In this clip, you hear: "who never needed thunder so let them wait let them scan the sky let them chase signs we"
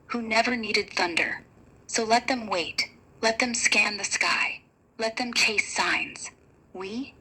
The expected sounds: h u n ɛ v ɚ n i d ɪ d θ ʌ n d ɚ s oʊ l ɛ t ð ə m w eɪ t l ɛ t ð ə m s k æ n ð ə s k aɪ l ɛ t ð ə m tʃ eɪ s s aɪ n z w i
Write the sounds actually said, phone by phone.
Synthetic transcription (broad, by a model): h u n ɛ v ɚ n i d ɪ d θ ʌ n d ɚ s oʊ l ɛ t ð ə m w eɪ t l ɛ t ð ə m s k æ n ð ə s k aɪ l ɛ t ð ə m tʃ eɪ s s aɪ n z w i